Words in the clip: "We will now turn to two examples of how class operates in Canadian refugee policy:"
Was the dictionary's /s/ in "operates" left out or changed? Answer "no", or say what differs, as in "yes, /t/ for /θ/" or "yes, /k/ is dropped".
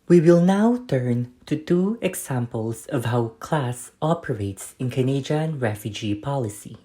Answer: no